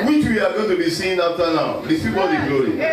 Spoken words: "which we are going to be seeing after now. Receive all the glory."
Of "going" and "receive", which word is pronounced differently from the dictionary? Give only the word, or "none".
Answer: receive